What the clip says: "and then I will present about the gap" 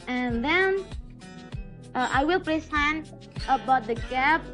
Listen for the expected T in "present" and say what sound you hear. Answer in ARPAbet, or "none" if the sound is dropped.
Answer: none